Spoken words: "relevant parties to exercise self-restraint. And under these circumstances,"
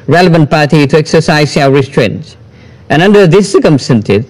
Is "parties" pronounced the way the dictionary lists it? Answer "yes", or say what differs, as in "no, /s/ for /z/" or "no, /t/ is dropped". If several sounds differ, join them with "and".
no, /z/ is dropped